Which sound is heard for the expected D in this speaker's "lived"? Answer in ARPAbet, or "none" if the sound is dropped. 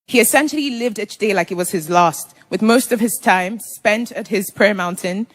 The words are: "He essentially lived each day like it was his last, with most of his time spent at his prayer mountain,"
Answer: D